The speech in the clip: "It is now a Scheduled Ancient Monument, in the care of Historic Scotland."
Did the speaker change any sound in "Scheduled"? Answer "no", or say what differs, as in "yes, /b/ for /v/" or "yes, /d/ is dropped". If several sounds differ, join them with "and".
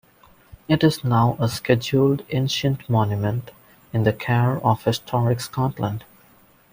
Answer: no